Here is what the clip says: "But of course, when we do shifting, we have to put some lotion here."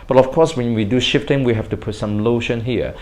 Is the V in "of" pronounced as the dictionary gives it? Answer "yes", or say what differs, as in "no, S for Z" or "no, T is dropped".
no, F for V